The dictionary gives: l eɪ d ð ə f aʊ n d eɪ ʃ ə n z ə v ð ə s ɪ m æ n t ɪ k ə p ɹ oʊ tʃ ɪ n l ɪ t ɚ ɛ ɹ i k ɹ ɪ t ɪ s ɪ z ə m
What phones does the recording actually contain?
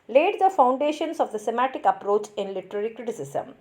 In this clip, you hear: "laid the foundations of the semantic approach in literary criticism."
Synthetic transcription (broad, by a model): l eɪ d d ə f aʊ n d eɪ ʃ ə n s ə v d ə s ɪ m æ t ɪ k ə p ɹ oʊ tʃ ɪ n l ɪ t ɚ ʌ ɹ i k ɹ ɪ t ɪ s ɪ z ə m